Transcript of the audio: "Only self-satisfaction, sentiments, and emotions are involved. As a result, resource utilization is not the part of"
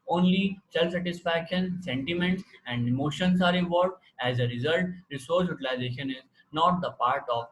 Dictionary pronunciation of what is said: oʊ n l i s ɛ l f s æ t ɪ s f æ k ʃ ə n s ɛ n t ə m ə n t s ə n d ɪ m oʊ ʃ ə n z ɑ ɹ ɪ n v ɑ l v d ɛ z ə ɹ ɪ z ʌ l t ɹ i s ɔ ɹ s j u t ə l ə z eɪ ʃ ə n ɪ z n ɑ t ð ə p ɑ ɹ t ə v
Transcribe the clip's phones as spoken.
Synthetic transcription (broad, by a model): oʊ n l i s ɛ l f s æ t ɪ s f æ k ʃ ə n s ɛ n t ə m ə n t s ə n d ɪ m oʊ ʃ ə n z ɑ ɹ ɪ v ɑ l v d ɛ z ə ɹ ɪ z ʌ l t ɹ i s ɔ ɹ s j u t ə l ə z eɪ ʃ ə n ɪ z n ɑ t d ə p ɑ ɹ t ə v